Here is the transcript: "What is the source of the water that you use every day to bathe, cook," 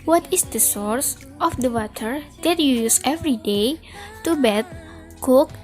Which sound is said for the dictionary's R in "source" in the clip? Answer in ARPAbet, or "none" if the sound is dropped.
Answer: R